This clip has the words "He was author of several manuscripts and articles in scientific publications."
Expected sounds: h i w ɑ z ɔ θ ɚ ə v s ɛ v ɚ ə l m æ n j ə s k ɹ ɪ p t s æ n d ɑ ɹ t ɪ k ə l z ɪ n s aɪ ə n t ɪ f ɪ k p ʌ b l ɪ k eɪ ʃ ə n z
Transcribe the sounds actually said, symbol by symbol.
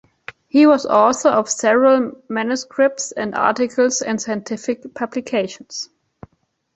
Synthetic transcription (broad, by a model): h i w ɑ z ɔ s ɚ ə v s ɛ v ɚ ə l m æ n j ə s k ɹ ɪ p t s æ n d ɑ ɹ t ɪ k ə l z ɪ n s aɪ ə n t ɪ f ɪ k p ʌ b l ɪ k eɪ ʃ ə n s